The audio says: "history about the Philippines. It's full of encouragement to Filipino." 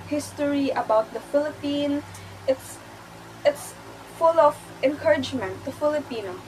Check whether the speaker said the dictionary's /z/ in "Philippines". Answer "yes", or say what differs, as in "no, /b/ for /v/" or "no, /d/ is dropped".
no, /s/ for /z/